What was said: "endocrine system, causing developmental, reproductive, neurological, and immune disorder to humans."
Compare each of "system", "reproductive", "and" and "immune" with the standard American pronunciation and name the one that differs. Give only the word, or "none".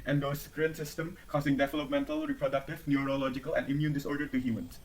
none